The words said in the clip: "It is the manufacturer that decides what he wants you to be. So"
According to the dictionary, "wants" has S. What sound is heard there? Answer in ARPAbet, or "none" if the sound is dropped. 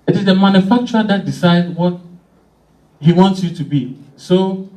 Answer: S